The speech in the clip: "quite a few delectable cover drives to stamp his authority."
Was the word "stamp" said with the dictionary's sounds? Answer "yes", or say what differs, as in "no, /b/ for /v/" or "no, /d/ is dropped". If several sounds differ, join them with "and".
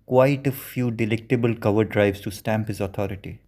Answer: yes